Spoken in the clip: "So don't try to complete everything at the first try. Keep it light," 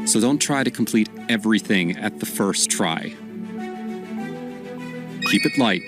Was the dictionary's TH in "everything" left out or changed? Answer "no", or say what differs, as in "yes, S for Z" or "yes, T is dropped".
no